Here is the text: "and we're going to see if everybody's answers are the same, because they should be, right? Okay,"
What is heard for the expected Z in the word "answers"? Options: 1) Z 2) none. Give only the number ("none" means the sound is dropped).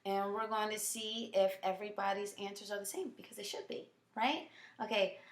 1